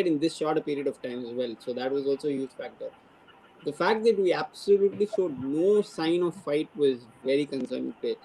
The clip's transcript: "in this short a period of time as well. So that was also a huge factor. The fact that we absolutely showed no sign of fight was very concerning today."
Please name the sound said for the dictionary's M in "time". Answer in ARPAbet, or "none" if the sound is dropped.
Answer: M